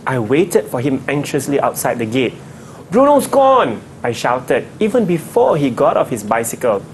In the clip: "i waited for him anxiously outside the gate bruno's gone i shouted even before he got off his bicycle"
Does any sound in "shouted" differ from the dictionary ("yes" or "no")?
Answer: no